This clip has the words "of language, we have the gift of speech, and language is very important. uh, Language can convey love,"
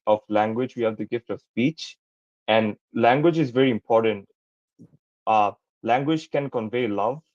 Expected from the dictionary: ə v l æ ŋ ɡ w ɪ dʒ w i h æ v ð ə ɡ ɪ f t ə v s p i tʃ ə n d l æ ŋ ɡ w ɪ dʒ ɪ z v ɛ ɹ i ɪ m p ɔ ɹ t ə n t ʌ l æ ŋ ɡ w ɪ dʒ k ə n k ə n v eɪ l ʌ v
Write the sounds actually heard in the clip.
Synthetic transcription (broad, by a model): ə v l æ ŋ ɡ w ɪ dʒ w i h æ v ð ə ɡ ɪ f t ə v s p i tʃ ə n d l æ ŋ ɡ w ɪ dʒ ɪ z v ɛ ɹ i ɪ m p ɔ ɹ t ə n t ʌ l æ ŋ ɡ w ɪ dʒ k ə n k ə n v eɪ l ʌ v